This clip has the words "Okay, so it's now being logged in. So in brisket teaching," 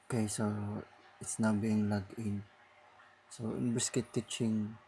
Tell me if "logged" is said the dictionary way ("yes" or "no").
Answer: no